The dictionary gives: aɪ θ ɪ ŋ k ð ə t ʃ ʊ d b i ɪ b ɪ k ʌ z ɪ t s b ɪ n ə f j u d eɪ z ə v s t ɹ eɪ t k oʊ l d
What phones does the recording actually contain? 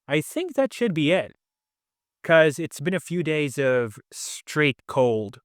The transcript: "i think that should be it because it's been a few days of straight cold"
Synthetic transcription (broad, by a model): aɪ θ ɪ ŋ k ð ə t ʃ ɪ d b i ɪ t k ʌ z ɪ t s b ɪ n ə f j u d eɪ z ə v s t ɹ eɪ t k oʊ l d